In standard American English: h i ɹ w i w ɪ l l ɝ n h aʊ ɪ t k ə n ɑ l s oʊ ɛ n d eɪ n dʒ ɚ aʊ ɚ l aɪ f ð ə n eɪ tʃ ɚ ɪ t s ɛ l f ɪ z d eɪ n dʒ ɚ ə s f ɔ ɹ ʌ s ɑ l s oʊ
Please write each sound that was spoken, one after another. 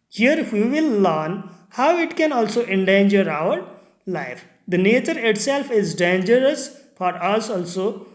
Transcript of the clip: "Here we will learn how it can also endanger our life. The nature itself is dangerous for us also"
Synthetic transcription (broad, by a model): h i ɹ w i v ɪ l l ɝ n h aʊ ɪ t k ə n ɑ l s oʊ ɛ n d eɪ n dʒ ɚ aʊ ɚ l aɪ f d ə n eɪ tʃ ɚ ɪ t s ɛ l f ɪ z d eɪ n dʒ ɚ ə s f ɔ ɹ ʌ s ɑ l s oʊ